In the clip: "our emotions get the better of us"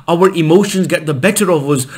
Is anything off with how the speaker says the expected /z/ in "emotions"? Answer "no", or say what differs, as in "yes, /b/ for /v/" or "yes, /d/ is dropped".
no